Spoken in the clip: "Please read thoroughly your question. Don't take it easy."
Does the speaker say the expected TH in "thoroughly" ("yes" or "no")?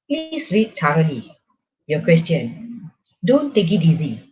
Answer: no